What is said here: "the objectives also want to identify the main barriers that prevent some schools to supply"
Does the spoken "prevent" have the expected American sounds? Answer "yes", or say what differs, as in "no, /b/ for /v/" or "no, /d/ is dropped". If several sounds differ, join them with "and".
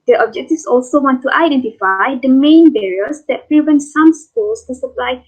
yes